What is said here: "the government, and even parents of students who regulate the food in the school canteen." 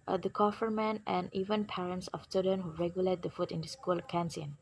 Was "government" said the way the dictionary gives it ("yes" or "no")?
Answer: no